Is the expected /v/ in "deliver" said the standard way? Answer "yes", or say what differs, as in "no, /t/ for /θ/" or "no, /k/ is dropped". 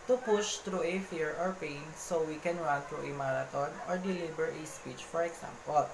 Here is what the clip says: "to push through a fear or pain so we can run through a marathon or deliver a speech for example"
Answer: no, /b/ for /v/